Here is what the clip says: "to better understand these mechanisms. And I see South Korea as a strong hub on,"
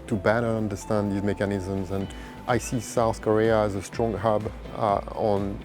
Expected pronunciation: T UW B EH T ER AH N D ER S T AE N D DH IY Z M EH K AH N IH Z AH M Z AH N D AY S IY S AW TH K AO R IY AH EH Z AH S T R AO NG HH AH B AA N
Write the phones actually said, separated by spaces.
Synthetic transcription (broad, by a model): T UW B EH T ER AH N D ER S T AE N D DH IY Z M EH K AH N IH Z AH M Z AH N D AY S IY S AW TH K AO R IY AH Z AH S T R AO NG HH AH B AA N